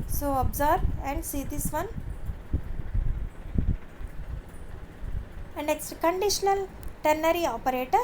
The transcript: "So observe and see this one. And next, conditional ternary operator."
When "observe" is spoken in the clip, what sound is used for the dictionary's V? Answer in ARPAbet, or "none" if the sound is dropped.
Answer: B